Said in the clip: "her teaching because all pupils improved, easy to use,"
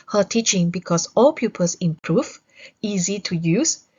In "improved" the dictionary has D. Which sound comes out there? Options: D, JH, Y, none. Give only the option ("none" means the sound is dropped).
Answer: none